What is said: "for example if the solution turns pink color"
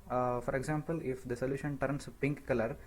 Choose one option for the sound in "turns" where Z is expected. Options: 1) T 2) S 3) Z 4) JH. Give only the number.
2